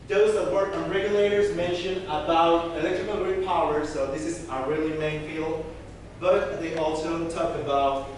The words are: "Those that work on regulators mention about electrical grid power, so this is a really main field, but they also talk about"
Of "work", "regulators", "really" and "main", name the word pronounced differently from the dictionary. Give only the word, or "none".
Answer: none